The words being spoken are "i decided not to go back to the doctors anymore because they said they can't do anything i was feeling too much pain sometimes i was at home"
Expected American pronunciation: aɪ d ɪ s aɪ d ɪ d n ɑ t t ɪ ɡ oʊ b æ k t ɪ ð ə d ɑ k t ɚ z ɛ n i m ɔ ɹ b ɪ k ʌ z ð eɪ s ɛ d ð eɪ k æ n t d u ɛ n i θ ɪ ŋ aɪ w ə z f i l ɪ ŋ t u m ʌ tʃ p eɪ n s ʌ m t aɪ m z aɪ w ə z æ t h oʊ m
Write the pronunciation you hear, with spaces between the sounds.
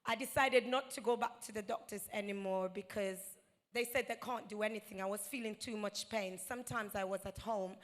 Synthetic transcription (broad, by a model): aɪ d ɪ s aɪ d ɪ d n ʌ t t ɪ ɡ oʊ b æ k t ɪ ð ə d ɑ k t ɚ z ɛ n i m ɔ ɹ b ɪ k ʌ z ð eɪ s ɛ d ð eɪ k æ n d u ɛ n i θ ɪ ŋ aɪ w ə z f i l ɪ ŋ t u m ʌ tʃ p eɪ n s ʌ m t aɪ m z aɪ w ə z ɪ t h oʊ m